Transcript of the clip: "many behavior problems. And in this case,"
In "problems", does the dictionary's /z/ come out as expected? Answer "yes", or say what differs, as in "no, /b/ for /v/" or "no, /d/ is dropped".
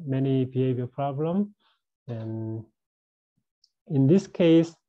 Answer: no, /z/ is dropped